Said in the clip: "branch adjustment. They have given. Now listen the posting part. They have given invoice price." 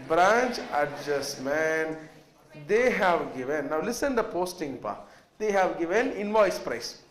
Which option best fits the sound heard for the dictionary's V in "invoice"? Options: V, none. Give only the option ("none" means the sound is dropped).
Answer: V